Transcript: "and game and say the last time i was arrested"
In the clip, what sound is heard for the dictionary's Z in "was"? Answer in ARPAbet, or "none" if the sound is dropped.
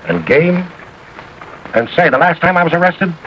Z